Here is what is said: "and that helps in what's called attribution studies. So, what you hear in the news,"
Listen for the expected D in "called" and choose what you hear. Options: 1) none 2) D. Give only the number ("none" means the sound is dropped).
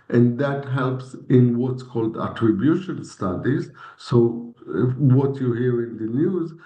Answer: 2